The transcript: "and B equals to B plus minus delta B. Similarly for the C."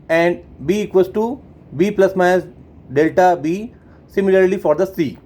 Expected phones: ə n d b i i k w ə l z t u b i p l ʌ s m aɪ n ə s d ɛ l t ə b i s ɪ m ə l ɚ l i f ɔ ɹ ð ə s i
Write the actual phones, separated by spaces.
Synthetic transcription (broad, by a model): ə n d b i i k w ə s t u b i p l ʌ s m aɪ ə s d ɛ l t ə b i s ɪ m ə l ɚ l i f ɔ ɹ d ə s i